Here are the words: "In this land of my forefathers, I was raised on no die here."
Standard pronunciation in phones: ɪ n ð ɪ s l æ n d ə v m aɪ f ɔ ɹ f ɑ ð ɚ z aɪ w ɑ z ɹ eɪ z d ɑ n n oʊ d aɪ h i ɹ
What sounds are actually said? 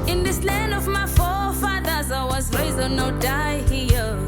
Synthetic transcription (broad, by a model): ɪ n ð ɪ s l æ n d ə v m aɪ f ɔ f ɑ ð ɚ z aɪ w ɑ z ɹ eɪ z ɑ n n oʊ d aɪ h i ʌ